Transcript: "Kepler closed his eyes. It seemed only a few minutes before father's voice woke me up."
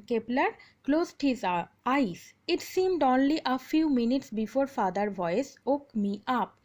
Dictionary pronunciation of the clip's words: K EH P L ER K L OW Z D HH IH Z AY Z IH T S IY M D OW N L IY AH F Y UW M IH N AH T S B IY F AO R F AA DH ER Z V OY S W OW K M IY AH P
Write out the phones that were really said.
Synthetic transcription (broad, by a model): K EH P L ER K L OW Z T HH IH Z AY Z IH T S IY M D OW N L IY AH F Y UW M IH N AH T S B IY F AO R F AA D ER V OY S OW K M IY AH P